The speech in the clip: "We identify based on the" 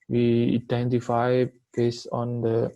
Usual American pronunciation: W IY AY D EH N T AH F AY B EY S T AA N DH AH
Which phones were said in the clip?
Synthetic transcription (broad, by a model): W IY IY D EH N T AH F AY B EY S AA N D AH